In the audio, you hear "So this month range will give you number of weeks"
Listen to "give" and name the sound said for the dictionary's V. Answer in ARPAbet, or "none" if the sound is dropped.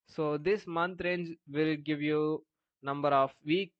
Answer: V